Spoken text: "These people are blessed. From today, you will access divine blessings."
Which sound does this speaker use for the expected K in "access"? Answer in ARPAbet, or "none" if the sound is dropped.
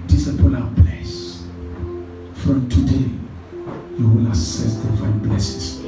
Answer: none